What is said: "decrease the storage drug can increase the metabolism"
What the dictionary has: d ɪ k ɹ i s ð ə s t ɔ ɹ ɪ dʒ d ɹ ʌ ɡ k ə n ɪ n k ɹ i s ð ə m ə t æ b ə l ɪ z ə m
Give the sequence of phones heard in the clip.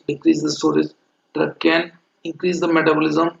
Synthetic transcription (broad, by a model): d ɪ k ɹ i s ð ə s t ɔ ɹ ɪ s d ʌ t k ə n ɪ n k ɹ i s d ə m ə t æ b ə l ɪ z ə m